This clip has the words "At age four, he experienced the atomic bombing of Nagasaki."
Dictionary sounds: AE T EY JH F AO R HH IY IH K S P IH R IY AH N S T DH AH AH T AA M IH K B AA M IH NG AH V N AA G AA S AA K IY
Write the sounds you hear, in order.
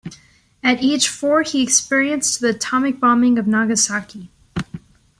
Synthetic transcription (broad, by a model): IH T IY CH F AO R HH IY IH K S P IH R IY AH N S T DH AH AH T AA M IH K B AA M IH NG AH V N AA G AA S AA K IY